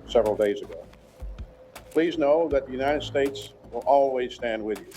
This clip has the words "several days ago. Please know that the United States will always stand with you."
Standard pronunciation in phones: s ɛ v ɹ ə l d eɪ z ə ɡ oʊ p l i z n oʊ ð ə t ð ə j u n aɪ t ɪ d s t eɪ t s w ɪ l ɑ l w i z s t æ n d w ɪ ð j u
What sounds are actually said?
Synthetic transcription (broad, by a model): s ɛ v ɹ l d eɪ z ə ɡ oʊ p l i z n oʊ ð ə t ð ə j u n aɪ t ɪ d s t eɪ t s w ɪ l ɑ l w i z s t æ n d w ɪ ð j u